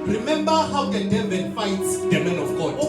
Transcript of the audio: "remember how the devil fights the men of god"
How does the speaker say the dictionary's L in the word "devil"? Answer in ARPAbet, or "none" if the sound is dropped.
N